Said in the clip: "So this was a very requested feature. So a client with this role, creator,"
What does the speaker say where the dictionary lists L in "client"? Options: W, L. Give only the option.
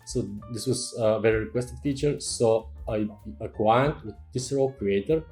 W